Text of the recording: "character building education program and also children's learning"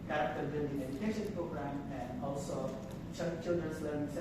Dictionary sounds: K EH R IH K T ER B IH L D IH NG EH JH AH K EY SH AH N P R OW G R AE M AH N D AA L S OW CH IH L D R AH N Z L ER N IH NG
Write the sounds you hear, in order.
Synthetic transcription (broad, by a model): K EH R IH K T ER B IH N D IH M EH JH AH K EY SH AH N P R OW G R AE M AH N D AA L S OW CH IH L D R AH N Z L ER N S